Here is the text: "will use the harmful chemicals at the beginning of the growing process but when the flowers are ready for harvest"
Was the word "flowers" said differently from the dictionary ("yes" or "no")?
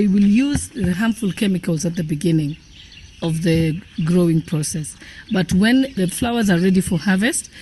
no